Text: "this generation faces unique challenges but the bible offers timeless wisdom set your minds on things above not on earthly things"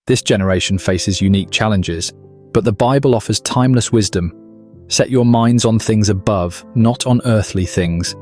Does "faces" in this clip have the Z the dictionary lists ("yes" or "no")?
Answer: yes